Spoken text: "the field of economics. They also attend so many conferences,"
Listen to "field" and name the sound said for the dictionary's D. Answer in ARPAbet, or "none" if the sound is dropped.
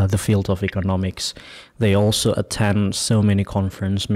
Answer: D